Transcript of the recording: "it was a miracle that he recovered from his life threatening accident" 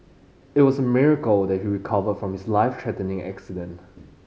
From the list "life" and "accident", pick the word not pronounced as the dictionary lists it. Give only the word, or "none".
none